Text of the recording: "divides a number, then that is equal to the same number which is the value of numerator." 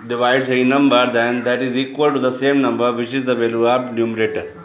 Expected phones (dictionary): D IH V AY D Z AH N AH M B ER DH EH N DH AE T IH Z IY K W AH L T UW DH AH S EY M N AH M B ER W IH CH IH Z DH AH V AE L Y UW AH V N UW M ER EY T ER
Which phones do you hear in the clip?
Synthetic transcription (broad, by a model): D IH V AY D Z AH N AH M B ER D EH N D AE T IH Z IY K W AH L T UW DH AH S EY M N AH M B ER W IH CH IH Z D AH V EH L Y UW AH B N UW M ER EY T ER